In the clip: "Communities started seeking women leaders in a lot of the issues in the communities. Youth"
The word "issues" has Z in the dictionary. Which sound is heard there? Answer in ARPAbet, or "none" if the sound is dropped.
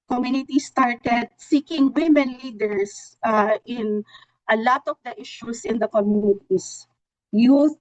S